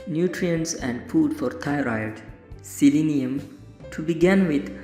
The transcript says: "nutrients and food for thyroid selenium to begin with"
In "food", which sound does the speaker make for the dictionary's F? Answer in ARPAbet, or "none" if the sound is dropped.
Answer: P